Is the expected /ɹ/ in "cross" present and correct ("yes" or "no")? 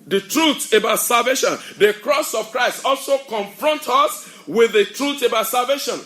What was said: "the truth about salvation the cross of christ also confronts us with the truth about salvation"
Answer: yes